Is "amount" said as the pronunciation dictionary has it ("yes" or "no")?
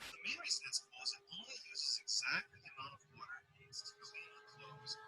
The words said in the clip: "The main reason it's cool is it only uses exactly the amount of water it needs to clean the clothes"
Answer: no